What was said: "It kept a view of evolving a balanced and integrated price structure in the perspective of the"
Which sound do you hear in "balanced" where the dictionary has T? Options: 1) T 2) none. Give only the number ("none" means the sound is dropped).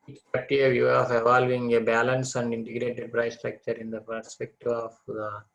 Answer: 2